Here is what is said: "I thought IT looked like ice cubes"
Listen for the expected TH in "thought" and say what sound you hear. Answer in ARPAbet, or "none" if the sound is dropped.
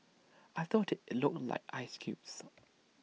TH